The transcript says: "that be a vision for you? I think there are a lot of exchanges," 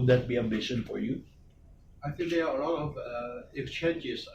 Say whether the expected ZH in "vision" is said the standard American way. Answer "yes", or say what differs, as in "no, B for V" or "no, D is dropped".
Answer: no, SH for ZH